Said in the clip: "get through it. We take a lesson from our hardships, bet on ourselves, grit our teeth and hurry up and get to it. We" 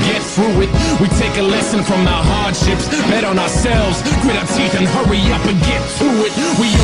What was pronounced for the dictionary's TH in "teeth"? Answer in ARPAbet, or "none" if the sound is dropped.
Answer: TH